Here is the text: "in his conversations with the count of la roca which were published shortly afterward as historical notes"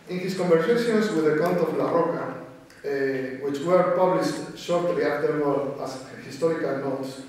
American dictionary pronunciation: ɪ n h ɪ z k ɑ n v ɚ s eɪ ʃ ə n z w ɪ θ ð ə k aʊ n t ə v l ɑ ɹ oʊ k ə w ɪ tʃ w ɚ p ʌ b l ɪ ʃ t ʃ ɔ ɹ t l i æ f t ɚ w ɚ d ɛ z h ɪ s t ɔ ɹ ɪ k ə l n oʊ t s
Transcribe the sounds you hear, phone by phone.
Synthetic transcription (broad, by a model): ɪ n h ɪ s k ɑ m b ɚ s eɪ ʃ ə n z w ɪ ð ə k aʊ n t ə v l ɑ ɹ oʊ k ə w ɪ tʃ w ɚ p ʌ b l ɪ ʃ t ʃ ɔ ɹ t l i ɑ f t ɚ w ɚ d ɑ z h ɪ s t ɔ ɹ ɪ k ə l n oʊ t s